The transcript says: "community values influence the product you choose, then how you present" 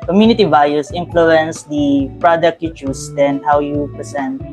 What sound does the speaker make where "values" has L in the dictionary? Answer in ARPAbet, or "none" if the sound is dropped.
none